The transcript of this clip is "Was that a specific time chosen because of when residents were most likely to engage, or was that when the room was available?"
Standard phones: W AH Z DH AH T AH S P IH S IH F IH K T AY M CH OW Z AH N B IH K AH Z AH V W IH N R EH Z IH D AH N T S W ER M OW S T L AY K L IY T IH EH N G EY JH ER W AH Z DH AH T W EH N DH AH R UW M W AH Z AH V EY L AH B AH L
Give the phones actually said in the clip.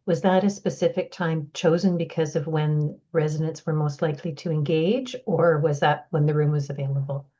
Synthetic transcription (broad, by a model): W AH Z DH AH T AH S P IH S IH F IH K T AY M CH OW Z AH N B IH K AH Z AH V W IH N R EH Z IH D AH N T S W ER M OW S T L AY K L IY T IH EH N G EY JH ER W AH Z DH AH T W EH N DH AH R UW M W AH Z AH V EY L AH B L